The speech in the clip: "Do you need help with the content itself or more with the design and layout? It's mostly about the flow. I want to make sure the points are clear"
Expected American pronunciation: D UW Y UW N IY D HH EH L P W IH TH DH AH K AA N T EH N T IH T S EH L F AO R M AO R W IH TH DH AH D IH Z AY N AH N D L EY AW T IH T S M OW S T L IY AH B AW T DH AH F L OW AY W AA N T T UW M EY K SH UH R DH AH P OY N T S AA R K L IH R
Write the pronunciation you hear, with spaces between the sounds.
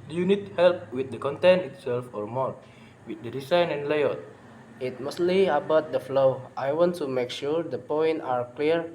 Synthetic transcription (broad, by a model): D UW Y UW N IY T HH EH L P W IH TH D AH K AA N T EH N IH T S EH L F AO R M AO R W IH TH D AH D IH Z AY N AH N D L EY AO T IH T M OW S T L IY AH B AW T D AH F L OW AY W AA N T T UW M EY K SH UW R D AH P OY N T AA R K L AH R